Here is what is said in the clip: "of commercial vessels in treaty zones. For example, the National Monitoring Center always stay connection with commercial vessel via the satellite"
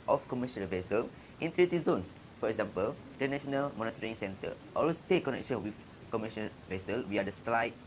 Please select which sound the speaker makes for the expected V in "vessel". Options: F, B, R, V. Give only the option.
V